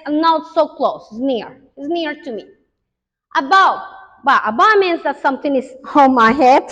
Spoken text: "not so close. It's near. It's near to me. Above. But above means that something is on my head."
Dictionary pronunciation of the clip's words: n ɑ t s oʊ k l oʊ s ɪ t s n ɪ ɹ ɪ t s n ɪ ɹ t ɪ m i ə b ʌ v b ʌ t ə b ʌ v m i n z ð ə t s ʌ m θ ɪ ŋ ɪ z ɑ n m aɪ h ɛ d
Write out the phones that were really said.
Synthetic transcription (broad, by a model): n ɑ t s oʊ k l oʊ ɪ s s n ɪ ɹ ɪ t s n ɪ ɹ t ɪ m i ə b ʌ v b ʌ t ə b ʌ m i n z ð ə t s ʌ m θ ɪ ŋ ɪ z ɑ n m aɪ h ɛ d